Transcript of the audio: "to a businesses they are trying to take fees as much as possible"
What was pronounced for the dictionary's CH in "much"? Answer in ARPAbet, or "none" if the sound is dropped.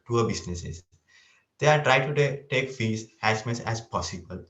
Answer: S